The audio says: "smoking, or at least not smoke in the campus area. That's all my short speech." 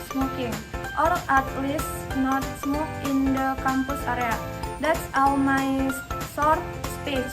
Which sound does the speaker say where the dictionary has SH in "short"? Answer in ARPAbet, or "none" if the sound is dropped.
S